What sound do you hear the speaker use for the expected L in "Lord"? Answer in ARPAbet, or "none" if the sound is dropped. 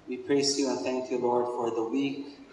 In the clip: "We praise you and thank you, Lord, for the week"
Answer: L